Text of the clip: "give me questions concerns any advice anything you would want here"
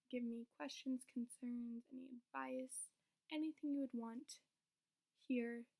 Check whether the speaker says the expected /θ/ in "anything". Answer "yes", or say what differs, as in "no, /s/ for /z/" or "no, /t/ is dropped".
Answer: yes